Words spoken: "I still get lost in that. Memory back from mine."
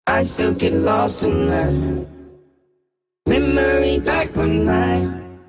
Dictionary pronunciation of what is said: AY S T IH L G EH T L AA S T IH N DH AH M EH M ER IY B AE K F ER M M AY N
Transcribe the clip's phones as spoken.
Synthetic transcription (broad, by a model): AY S T IH L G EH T L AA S IH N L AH M EH M ER IY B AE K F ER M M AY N